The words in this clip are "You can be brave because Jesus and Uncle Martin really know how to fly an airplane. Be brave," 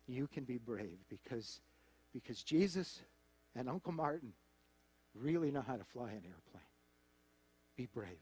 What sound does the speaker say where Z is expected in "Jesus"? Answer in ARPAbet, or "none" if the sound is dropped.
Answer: Z